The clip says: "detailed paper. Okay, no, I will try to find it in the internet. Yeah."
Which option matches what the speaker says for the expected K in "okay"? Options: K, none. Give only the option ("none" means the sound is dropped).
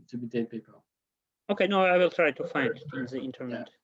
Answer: K